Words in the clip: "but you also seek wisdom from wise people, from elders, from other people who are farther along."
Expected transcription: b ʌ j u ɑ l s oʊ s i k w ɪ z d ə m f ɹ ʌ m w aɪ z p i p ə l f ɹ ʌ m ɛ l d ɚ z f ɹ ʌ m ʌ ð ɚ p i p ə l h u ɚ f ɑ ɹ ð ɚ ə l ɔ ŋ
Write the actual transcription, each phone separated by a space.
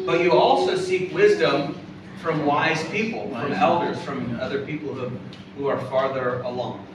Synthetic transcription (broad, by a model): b ʌ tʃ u ɑ l s oʊ s i k w ɪ z d ə m f ɹ ʌ m w aɪ z p i p l f ɹ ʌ m ɛ l d ɚ z f ɹ ʌ m ʌ ð ɚ p i p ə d h u ɚ f ɑ ɹ ð ɚ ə l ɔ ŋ